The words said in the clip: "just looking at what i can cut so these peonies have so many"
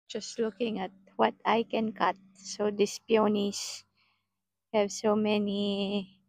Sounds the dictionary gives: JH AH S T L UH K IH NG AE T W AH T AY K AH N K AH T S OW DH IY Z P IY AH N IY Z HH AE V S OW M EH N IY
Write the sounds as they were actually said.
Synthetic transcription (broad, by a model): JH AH S T L UH K IH NG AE T W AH T AY K AH N K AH T S OW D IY S P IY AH N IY S HH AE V S OW M EH N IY